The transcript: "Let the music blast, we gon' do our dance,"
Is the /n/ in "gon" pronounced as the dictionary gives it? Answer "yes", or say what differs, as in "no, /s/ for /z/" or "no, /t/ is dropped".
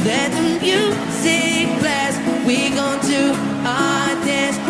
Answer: yes